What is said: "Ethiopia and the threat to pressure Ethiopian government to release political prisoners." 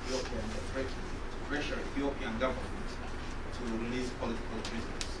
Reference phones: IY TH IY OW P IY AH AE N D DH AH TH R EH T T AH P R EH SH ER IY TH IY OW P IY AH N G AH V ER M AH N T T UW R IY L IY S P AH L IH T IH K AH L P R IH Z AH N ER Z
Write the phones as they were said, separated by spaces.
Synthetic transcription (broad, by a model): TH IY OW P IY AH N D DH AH T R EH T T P R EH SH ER IY TH IY OW P IY AH N G AH V ER M AH N T T UW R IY L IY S P AH L IH T IH K AH L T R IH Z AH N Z